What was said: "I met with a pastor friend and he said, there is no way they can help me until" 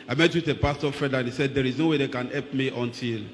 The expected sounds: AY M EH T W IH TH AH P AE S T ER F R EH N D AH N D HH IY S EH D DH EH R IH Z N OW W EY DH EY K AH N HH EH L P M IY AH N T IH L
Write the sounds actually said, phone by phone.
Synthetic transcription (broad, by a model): AY M EH T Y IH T P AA S T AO F EH D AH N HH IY S EH D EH R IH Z N OW W EY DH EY K AH N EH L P M IY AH N T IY L